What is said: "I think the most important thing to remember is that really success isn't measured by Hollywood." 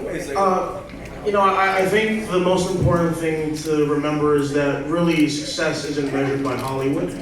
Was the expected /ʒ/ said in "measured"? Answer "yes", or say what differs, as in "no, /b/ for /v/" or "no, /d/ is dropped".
yes